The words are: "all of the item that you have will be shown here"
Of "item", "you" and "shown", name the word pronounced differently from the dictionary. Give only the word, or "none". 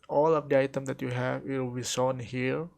shown